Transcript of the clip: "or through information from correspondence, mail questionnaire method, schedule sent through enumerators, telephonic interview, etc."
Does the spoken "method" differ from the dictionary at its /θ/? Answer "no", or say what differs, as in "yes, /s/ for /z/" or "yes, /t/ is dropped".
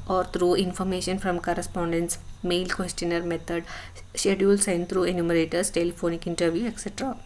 yes, /t/ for /θ/